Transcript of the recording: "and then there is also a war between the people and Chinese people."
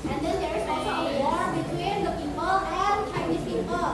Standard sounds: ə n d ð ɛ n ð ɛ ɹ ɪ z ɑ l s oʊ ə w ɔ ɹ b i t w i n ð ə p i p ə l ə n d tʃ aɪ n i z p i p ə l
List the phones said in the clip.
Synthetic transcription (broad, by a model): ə n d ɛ n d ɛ ɹ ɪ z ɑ s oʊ ə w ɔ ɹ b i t w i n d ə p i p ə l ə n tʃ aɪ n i s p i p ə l